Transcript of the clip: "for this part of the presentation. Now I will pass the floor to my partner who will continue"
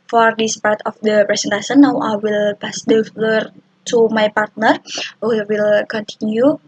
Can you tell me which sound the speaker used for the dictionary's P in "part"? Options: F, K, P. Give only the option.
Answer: P